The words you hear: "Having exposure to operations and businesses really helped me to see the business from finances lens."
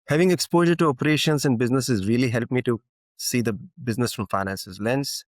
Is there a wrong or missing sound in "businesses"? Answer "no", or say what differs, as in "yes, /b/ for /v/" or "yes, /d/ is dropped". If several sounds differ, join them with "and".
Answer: no